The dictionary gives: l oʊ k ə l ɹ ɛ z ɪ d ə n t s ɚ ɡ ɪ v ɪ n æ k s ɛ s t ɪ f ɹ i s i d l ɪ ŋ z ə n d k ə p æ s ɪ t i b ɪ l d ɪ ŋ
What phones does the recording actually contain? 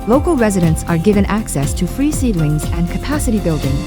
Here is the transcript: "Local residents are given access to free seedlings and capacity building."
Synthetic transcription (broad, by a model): l oʊ k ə l ɹ ɛ z ɪ d ə n t s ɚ ɡ ɪ v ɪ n æ k s ɛ s t ɪ f ɹ i s i d l ɪ ŋ z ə n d k ə p æ s ɪ t i b ɪ l d ɪ ŋ